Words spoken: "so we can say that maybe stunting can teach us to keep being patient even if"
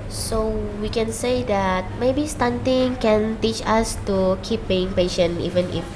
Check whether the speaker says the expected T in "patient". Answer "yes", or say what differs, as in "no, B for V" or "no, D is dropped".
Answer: no, T is dropped